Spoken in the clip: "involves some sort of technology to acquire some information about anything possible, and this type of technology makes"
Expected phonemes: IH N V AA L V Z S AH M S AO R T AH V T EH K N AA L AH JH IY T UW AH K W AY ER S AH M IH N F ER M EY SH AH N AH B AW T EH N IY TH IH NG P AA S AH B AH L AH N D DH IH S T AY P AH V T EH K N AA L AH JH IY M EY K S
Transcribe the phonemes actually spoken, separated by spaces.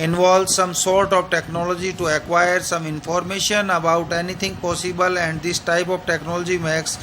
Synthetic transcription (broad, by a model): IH N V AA L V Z S AH M S AO R T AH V T EH K N AA L AH JH IY T UW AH K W AY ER S AH M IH N F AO M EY SH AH N AH B AW T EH N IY T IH NG P AA S AH B AH L AH N D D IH S T AY P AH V T EH K N AA L AH JH IY M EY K S